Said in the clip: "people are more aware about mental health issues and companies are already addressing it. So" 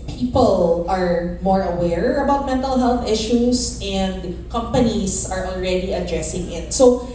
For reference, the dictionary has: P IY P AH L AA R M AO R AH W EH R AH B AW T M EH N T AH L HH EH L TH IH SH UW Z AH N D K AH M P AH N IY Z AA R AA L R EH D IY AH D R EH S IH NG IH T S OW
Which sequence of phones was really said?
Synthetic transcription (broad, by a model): P IY P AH L AA R M AO R AH W EH R AH B AW T M EH N T AH L HH EH L TH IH SH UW S AH N D K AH M P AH N IY S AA R AA L R EH D IY AH D R EH S IH NG IH T S OW